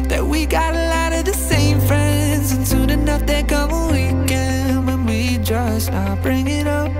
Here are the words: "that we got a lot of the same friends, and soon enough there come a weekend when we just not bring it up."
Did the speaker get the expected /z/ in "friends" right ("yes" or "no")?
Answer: yes